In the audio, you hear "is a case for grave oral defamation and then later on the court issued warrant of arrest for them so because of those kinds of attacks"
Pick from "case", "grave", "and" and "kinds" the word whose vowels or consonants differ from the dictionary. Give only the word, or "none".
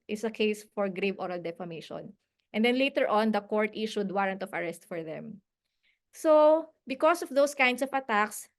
kinds